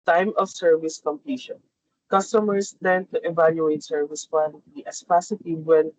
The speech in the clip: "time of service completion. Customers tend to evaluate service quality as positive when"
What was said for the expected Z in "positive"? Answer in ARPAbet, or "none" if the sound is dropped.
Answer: S